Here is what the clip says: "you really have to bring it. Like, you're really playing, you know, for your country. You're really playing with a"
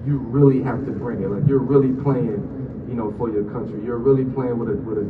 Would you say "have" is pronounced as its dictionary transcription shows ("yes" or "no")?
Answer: no